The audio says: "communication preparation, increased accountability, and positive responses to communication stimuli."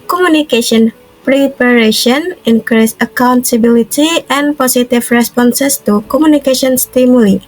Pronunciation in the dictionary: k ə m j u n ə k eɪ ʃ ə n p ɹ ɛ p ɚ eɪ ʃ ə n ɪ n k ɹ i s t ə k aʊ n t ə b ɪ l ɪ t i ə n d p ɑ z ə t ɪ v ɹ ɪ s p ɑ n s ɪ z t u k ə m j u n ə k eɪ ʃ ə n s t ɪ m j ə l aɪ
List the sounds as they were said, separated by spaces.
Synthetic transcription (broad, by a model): k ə m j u n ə k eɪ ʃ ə n p ɹ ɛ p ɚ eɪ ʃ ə n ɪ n k ɹ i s ə k aʊ n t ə b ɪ l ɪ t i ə n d p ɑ s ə t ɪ f ɹ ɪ s p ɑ n s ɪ s t u k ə m u n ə k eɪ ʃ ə n s t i m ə l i